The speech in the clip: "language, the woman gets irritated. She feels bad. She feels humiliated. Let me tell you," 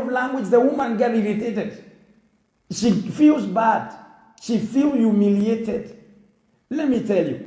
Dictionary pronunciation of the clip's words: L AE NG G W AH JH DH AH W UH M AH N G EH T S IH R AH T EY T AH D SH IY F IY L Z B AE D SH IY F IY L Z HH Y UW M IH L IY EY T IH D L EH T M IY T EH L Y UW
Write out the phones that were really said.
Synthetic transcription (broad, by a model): L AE NG G W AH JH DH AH W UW M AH N G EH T IH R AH T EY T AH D SH IY F IY L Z B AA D SH IY F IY L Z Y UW M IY L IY EY T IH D L EH T M IY T EH L Y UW